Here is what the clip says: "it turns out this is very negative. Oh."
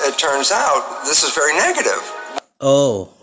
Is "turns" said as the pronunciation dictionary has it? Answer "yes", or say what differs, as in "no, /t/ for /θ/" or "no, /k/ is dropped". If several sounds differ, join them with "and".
yes